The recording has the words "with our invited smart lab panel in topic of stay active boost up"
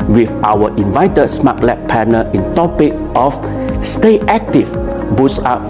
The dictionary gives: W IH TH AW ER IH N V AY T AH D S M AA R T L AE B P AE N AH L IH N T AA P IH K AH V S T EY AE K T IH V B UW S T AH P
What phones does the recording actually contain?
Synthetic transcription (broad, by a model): W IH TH AW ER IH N V AY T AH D S M AA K L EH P P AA N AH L IH N T AA P IH K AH F S T EY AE K T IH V B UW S AA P